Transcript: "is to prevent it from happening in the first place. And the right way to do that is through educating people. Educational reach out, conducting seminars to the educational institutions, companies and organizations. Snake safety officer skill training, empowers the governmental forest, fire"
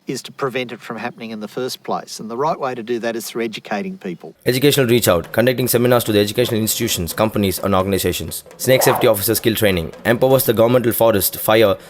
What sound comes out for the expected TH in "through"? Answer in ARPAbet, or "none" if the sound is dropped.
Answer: TH